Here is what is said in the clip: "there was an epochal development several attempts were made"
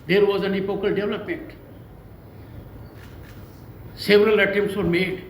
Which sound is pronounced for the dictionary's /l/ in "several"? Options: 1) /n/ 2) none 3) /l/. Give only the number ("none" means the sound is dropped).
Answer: 3